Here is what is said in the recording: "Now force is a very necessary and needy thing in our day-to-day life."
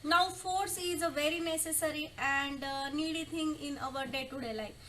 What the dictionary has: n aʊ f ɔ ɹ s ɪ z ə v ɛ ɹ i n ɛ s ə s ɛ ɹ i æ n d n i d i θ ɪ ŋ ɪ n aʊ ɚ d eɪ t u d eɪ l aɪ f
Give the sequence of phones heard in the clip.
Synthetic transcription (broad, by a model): n aʊ f ɔ ɹ s ɪ z ə v ɛ ɹ i n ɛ s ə s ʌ ɹ i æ n d n i d i t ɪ ŋ ɪ n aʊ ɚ d eɪ t u d eɪ l aɪ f